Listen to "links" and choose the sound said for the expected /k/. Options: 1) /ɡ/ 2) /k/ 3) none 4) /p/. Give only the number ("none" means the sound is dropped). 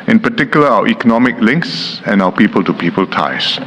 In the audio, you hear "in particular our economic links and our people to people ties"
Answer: 2